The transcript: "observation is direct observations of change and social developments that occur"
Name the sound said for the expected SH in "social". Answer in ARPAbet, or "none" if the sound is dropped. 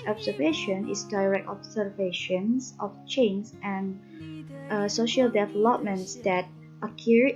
SH